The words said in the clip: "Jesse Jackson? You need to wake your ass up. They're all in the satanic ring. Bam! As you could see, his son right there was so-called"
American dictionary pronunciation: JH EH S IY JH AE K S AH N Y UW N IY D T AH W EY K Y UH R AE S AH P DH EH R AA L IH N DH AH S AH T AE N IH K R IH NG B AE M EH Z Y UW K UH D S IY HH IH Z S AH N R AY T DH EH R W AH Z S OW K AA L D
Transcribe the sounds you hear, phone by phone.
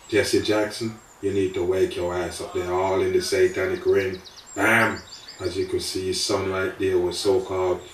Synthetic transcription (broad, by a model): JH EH S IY JH AE K S AH N Y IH N IY D T AH W EY K Y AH R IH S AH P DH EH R AA L IH N DH AH S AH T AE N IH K R IH NG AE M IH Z Y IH K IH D S IY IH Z S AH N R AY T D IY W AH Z S OW K AA L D